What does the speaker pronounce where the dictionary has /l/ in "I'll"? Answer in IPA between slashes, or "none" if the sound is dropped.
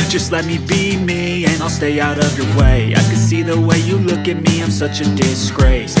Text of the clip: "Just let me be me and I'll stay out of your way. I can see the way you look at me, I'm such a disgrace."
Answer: /l/